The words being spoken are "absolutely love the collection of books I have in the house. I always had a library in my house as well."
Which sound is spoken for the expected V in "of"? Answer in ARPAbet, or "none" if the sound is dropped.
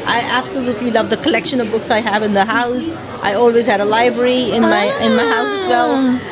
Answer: V